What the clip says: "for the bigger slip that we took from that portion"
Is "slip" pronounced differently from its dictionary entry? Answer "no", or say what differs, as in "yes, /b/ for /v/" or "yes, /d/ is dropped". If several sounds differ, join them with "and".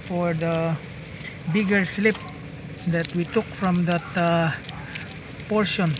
no